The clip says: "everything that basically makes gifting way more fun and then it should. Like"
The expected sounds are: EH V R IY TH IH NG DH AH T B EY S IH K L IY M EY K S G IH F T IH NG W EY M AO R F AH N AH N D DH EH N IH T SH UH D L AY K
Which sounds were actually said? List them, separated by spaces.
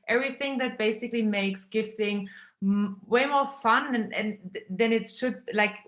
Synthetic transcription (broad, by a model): EH V R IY TH IH NG DH AH T B EY S IH K L IY M EY K S G IH F T IH NG W EY M AO R F AH N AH N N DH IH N IH T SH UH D L AY K